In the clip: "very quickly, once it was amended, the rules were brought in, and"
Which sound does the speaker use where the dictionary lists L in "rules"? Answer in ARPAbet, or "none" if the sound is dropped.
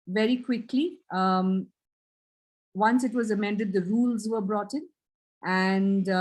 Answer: L